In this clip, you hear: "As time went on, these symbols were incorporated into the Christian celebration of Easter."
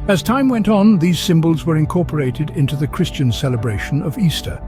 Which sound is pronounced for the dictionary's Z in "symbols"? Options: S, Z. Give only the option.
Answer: Z